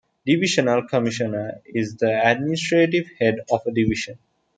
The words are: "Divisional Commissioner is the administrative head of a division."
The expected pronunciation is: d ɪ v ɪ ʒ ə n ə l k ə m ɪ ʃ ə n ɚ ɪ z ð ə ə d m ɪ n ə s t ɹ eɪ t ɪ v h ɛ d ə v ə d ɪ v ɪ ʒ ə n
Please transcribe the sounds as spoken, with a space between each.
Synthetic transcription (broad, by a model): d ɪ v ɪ ʃ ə n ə l k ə m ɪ ʃ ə n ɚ ɪ z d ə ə d m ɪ n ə s t ɹ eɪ t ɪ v h ɛ d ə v ə d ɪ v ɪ ʃ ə n